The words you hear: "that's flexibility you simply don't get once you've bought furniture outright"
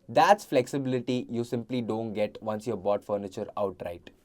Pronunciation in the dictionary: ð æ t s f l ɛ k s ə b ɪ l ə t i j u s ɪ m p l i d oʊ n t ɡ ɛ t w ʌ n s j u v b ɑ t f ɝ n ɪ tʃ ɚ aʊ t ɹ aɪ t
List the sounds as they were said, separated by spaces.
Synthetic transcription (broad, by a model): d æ t s f l ɛ k s ə b ɪ l ə t i j u s ɪ m p l i d oʊ n t ɡ ɛ t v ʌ n s j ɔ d b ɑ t f ɝ n ɪ tʃ ɚ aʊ t ɹ aɪ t